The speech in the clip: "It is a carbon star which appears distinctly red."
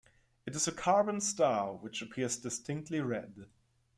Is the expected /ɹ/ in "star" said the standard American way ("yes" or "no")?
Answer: no